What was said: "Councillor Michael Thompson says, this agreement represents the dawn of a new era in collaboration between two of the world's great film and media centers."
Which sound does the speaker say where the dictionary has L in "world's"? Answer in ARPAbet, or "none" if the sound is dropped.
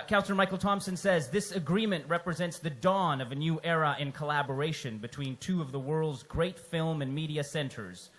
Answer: L